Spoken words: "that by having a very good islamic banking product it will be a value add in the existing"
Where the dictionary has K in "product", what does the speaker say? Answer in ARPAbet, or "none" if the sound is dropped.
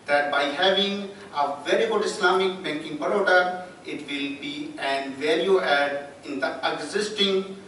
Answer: none